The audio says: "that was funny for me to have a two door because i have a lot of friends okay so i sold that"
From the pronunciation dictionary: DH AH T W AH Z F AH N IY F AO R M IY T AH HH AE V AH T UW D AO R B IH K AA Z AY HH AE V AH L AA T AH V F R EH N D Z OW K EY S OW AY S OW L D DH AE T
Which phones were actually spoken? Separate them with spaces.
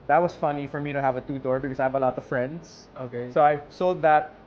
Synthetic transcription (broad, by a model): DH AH T W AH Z F AH N IY F AO R M IY T AH HH AE V AH T UW D AO R B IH K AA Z AY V AH L AA T AH V F R EH N D S OW K EY S OW AY S OW L D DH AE T